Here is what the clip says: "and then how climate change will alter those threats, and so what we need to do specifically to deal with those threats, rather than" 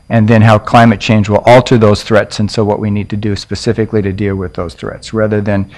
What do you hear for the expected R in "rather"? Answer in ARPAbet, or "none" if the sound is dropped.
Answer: R